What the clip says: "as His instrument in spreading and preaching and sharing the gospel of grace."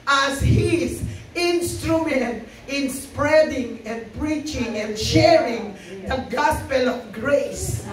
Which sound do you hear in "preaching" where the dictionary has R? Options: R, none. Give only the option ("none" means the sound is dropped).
R